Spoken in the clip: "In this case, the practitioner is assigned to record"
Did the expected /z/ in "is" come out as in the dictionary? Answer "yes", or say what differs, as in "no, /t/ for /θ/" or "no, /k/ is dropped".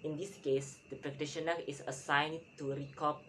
no, /s/ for /z/